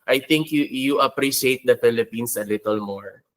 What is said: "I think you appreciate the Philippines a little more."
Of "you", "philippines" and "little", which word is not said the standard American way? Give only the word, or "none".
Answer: philippines